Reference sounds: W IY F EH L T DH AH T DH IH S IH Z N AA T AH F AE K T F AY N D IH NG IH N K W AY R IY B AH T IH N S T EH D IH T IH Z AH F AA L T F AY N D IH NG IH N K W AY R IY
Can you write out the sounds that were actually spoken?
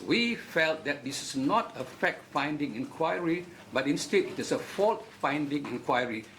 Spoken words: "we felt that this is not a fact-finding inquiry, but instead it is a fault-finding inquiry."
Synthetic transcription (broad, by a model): W IY F EH L T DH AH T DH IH S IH S N AA T AH F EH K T F AY N D IH NG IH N K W AY R IY B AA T IH N S T EH D IH T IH S AH F AA L T F AY N D IH NG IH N K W AY R IY